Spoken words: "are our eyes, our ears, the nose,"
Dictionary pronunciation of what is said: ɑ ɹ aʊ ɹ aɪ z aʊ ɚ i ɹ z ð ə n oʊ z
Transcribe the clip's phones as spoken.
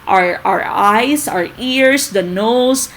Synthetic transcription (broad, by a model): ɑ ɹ aʊ ɹ aɪ s aʊ ɚ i ɹ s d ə n oʊ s